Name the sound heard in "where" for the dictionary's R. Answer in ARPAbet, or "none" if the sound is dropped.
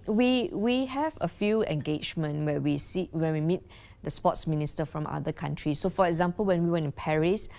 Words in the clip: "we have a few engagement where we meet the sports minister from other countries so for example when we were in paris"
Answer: W